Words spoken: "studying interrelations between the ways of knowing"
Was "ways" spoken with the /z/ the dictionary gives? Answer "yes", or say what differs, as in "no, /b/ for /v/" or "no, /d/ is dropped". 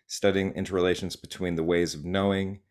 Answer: yes